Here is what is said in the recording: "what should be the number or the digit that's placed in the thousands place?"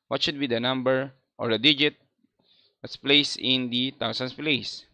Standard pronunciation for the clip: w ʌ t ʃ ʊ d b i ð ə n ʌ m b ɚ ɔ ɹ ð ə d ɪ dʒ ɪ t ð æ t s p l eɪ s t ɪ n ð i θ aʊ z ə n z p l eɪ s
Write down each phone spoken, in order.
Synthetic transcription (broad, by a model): w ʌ t ʃ ʊ d b i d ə n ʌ m b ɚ ɔ ɹ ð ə d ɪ dʒ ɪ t t s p l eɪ s ɪ n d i t aʊ s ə n s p l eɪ s